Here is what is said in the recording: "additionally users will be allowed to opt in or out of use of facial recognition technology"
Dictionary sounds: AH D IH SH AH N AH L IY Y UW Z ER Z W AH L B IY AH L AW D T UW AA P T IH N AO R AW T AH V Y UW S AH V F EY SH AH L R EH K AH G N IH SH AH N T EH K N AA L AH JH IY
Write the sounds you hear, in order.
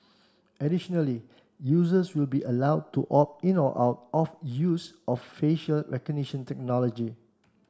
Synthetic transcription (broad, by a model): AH D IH SH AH N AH L IY Y UW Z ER S W AH L B IY AH L AW D T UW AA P IH N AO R AW T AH F Y UW S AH F F EY SH AH L R EH K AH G N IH SH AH N T EH K N AA L AH JH IY